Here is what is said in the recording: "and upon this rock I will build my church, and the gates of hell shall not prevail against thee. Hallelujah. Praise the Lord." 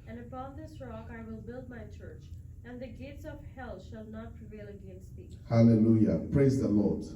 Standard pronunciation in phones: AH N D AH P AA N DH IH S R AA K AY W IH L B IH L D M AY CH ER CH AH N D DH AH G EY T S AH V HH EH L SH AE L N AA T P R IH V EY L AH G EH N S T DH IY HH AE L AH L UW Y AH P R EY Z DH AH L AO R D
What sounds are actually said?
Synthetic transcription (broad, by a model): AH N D AH P AA N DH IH S R AA K AY W IH L B IH L D M AY CH ER CH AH N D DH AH G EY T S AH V HH EH L SH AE L N AA T P R IH V EY L AH G EH N S T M IY HH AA L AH L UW Y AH P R EY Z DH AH L AO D